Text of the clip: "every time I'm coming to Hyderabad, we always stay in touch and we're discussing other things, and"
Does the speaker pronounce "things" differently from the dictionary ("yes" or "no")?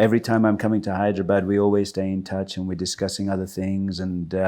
no